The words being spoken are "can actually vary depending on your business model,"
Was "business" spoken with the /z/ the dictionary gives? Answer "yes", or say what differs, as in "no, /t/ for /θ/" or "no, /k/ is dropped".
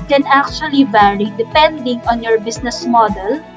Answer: no, /s/ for /z/